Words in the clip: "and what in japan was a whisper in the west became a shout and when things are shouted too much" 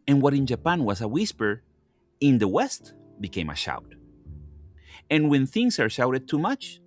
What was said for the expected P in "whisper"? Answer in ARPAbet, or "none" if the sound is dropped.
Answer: P